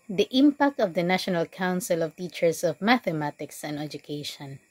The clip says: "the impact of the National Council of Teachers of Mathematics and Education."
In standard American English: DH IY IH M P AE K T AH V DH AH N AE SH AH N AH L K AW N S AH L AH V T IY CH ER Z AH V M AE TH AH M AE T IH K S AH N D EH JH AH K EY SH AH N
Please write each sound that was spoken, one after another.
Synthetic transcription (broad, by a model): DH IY IH M P AE K T AH V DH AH N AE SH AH N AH L K AW N S AH L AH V T IY CH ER S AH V M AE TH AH M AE T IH K S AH N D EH JH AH K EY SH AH N